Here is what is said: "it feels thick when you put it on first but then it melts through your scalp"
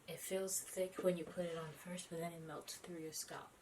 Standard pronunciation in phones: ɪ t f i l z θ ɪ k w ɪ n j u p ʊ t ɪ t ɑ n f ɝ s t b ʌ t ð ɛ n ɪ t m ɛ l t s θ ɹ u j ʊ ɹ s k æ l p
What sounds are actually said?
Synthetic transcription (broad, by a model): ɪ t f i l z θ ɪ k w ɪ n j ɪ p ʊ t ɪ t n f ɝ s t b ʌ t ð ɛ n ɪ t m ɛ l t θ ɹ u j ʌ ɹ s k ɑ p